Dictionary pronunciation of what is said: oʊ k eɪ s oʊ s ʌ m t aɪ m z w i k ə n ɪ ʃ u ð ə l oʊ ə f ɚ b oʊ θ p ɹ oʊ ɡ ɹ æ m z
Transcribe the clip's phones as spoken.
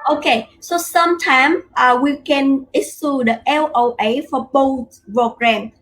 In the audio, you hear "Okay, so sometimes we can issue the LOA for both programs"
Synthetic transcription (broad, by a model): oʊ k eɪ s oʊ s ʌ m t aɪ m w i k ə n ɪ s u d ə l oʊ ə f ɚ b oʊ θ p ɹ oʊ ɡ ɹ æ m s